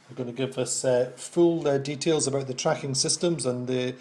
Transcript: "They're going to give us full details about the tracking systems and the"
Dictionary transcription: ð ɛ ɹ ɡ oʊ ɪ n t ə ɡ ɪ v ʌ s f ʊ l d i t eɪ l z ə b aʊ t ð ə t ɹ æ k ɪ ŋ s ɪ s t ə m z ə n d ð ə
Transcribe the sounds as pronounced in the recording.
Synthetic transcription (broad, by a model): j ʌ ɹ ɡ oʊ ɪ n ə ɡ ɪ v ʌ s f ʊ l d i t eɪ l z ə b aʊ t ð ə t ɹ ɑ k ɪ ŋ s ɪ s t ə m z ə n ð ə